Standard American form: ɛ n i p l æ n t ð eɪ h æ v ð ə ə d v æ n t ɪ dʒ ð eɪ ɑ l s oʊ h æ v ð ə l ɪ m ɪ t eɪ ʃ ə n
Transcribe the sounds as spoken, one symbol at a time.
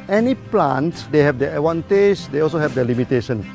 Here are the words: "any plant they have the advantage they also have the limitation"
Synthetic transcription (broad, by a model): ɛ n i p l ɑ n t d eɪ h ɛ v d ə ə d w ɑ n t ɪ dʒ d eɪ ɑ l s oʊ h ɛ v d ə l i m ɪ t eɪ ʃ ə n